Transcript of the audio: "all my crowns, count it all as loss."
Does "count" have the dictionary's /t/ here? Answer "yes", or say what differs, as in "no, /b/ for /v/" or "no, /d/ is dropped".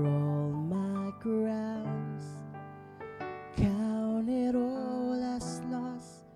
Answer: no, /t/ is dropped